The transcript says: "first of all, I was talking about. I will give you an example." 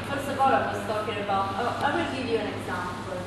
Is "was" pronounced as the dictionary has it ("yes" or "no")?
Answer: no